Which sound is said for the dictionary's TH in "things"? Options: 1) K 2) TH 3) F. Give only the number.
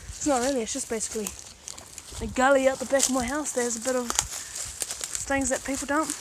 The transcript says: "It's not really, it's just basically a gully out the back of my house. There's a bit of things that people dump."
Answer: 2